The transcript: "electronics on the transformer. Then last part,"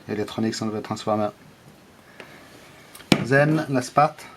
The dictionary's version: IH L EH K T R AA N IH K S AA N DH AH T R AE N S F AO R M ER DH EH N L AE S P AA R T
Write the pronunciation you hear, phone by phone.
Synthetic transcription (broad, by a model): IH L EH K T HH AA N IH K S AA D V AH T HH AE S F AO R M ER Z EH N L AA S P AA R T